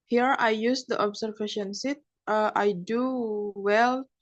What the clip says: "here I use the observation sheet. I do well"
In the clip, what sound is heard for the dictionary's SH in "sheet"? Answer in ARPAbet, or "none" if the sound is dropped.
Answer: S